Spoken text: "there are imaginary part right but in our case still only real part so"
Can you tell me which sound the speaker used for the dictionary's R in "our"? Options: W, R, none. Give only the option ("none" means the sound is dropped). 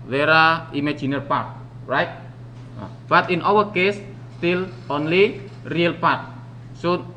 W